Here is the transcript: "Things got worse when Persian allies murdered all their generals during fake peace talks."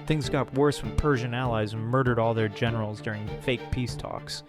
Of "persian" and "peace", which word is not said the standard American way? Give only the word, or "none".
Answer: none